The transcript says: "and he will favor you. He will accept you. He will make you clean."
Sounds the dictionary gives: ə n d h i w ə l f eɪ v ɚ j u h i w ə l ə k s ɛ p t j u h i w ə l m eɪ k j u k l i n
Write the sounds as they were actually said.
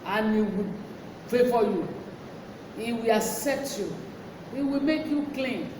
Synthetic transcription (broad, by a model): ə n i w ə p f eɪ f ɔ j u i w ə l ə k s ɛ p t j u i w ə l m eɪ k j u k l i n